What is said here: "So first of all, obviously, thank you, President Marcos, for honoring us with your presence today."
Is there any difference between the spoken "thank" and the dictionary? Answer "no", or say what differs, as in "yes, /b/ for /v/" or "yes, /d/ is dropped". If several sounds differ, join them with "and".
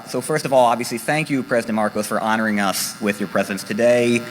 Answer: no